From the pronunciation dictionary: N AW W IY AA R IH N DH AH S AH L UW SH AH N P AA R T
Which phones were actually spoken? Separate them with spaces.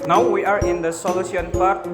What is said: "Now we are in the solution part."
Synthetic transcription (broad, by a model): N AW W IY AA R IH N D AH S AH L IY AH N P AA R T